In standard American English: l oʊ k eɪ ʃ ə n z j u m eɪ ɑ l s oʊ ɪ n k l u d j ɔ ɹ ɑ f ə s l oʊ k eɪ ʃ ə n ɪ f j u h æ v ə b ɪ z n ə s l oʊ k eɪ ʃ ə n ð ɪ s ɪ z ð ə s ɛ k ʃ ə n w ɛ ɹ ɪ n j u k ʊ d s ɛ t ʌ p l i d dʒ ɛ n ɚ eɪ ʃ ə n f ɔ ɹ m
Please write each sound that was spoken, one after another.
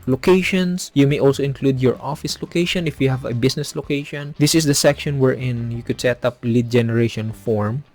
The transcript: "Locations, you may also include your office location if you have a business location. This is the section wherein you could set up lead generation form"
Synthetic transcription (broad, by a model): l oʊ k eɪ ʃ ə n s j u m eɪ ɑ l s oʊ ɪ n k l u d j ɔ ɹ ɑ f ə s l oʊ k eɪ ʃ ə n ɪ f j u h æ v ə b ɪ s n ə s l oʊ k eɪ ʃ ə n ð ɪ s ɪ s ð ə s ɛ k ʃ ə n w ɛ ɹ ɪ n j u k ʊ d s ɛ t ʌ p l i d dʒ ɛ n ɚ eɪ ʃ ə n f ɔ ɹ m